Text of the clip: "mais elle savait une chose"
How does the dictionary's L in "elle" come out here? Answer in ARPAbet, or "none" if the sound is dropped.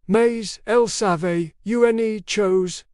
L